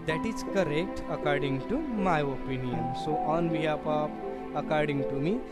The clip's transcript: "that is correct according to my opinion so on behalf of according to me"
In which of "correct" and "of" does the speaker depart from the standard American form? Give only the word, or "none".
of